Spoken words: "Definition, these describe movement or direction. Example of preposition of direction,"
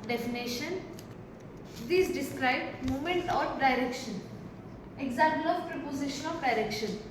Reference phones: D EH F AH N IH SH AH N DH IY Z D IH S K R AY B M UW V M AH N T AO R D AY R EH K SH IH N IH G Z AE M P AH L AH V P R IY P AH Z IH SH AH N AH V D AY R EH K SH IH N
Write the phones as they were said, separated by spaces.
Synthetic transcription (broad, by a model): D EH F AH N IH SH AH N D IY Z D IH S K R AY B M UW M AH N T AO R D AY R EH K SH IH N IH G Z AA M P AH L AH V P R IY P AH Z IH SH AH N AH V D AY R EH K SH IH N